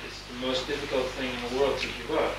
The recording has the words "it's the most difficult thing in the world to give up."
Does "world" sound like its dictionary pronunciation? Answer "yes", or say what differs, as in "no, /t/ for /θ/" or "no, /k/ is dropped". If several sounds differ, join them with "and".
yes